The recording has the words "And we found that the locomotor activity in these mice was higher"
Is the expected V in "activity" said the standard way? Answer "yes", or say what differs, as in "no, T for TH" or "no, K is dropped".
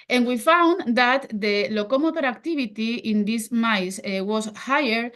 no, B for V